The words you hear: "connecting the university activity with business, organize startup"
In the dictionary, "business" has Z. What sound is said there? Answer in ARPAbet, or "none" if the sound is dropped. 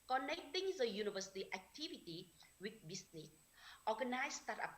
S